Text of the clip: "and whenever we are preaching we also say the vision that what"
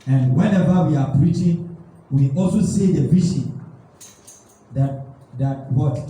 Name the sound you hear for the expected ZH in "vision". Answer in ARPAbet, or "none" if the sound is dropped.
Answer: SH